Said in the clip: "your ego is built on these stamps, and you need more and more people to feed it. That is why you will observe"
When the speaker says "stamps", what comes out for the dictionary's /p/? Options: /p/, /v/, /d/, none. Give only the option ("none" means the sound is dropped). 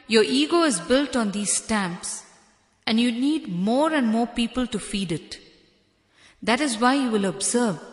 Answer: /p/